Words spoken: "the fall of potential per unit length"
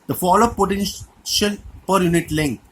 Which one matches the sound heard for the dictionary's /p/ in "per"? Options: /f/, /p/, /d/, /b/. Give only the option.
/p/